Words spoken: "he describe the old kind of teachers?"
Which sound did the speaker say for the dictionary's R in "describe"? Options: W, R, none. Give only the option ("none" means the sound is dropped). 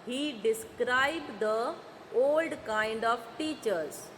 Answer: R